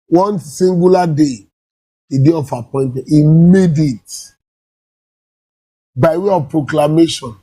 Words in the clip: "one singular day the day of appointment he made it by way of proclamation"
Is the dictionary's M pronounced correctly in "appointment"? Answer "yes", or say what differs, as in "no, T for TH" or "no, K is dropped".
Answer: no, M is dropped